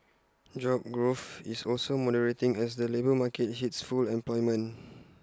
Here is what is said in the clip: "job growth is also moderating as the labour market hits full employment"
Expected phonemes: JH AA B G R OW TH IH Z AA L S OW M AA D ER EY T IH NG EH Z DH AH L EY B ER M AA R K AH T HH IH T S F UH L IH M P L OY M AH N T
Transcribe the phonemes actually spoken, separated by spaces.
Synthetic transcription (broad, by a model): JH AA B G R OW F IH S AA L S OW M AA D ER EY T IH NG EH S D AH L EY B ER M AA K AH T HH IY T S F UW L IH M P L OY M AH N